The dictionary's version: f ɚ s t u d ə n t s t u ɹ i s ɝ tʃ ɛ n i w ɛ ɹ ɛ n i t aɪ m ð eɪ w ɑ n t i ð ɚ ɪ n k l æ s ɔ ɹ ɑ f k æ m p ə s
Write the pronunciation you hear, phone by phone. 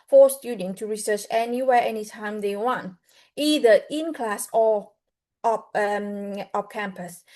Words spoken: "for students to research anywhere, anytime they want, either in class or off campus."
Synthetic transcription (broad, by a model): f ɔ s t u d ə n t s t u ɹ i s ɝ tʃ ɛ n i w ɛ ɛ n i t aɪ m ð eɪ w ɑ n t i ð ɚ ɪ n k l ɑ s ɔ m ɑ p k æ m p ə s